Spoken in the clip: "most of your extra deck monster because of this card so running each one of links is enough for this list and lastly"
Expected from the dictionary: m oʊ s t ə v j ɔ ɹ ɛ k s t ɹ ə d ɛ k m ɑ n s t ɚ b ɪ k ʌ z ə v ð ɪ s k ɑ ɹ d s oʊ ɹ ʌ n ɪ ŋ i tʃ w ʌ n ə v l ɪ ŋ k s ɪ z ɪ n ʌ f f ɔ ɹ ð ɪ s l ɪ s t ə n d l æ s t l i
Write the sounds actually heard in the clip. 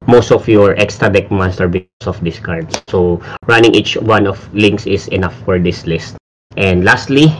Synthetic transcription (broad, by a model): m oʊ s t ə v j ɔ ɹ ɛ k s t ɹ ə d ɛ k m ɑ n s t ɚ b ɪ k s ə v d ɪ s k ɑ ɹ d s oʊ ɹ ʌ n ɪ ŋ i tʃ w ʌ n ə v l ɪ ŋ k s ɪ s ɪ n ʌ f f ɔ ɹ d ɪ s l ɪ s t ə n d l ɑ s t l i